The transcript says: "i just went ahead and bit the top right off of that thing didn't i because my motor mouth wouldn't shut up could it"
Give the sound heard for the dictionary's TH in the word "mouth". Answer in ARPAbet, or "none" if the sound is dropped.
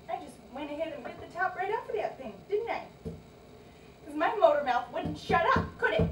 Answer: TH